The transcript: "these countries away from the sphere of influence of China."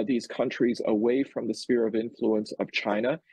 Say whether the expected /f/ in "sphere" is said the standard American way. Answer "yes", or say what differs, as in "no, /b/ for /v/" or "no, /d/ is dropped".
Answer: yes